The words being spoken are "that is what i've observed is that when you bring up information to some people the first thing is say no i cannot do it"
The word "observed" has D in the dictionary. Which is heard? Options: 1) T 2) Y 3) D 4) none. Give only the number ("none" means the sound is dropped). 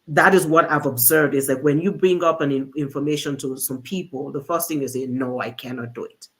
3